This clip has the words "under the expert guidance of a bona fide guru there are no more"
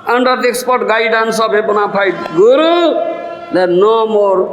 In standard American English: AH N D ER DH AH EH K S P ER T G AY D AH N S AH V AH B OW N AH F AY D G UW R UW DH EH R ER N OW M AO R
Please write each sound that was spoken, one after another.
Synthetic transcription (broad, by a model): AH N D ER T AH K S P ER T G AY D AH N S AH B AH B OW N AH P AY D G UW R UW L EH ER N OW M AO R